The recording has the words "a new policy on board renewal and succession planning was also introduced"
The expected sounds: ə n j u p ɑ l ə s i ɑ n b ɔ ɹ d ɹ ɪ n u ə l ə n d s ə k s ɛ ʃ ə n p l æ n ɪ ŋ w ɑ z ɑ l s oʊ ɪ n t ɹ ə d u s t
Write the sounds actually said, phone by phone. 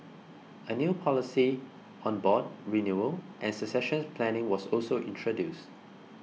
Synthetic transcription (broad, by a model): ə n j u p ɑ l ə s i ɑ n b ɔ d ɹ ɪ n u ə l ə n s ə s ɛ ʃ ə n p l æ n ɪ ŋ w ɑ s ɑ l s oʊ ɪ n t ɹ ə d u s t